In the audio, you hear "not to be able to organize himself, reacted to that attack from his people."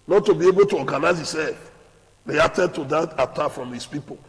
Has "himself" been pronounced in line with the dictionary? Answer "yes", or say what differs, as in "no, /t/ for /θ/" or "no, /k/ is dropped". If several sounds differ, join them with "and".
no, /m/ is dropped